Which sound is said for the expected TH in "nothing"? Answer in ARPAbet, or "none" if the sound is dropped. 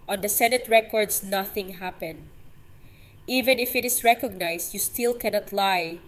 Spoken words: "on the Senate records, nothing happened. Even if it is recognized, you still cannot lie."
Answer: TH